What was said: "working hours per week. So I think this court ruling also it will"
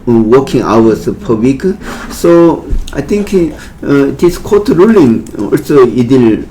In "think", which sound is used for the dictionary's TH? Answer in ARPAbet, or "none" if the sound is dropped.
T